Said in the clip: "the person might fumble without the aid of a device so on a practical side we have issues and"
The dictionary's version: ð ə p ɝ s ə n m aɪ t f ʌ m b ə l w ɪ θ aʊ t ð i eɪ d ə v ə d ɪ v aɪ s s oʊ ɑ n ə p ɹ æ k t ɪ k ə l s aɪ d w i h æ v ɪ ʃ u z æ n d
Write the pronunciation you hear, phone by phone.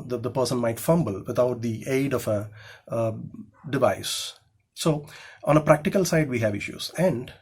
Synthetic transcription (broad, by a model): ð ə p ɝ s ə n m aɪ t f ʌ m b ə l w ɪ t aʊ t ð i eɪ d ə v ə d ɪ v aɪ s s oʊ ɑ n ə p ɹ æ k t ɪ k ə l s aɪ d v i h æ v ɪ ʃ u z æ n d